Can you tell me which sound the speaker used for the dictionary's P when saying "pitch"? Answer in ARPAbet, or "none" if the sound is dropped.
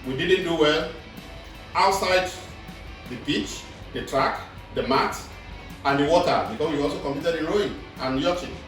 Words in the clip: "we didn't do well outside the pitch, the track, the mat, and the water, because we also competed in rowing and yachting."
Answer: B